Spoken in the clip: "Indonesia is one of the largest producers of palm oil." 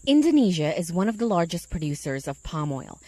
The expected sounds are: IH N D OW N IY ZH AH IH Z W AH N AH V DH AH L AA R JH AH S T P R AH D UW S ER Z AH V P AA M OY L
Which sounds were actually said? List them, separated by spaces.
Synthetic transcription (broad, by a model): IH N D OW N IY ZH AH IH Z W AH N AH V DH AH L AA R JH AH S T P R AH D UW S ER Z AH V P AA M OY L